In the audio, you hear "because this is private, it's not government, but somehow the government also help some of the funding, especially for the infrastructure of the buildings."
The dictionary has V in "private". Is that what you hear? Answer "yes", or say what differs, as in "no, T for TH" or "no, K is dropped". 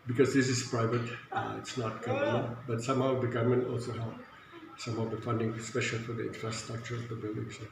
yes